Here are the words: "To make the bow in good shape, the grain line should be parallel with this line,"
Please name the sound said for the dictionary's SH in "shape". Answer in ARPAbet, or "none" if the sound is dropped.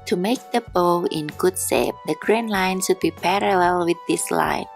S